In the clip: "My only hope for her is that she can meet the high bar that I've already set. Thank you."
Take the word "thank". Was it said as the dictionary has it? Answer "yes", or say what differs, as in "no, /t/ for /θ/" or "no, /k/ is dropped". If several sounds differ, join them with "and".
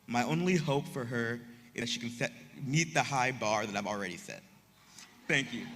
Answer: yes